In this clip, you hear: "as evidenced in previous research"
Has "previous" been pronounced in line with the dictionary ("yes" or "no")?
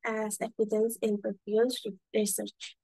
no